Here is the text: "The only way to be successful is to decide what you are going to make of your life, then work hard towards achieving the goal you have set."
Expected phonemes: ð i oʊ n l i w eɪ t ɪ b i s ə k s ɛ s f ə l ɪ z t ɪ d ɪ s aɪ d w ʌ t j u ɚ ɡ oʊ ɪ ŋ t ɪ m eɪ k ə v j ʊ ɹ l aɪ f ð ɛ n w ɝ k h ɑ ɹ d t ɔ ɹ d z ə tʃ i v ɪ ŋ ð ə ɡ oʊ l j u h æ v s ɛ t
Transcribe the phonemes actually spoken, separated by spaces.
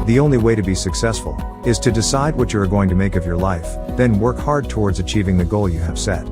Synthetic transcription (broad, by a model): ð i oʊ n l i w eɪ t ɪ b i s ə k s ɛ s f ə l ɪ z t ɪ d ɪ s aɪ d w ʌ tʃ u ɚ ɡ oʊ ɪ ŋ t ɪ m eɪ k ə v j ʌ ɹ l aɪ f ð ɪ n w ɝ k h ɑ ɹ d t ɔ ɹ d z ə tʃ i v ɪ ŋ ð ə ɡ oʊ l j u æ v s ɛ t